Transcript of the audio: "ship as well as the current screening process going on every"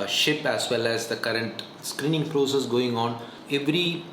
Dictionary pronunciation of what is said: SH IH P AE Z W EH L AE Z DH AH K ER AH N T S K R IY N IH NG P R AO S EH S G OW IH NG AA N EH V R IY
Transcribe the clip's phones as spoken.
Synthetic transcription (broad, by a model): SH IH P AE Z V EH L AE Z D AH K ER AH N T S K R IY N IH NG P R AO S EH S G OW IH NG AA N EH V R IY